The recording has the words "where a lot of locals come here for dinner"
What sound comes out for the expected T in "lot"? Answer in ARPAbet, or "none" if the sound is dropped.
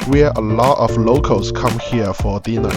T